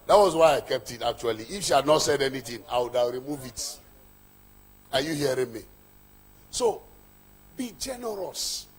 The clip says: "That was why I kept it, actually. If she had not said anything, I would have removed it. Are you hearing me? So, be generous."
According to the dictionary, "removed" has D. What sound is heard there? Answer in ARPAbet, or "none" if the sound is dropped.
none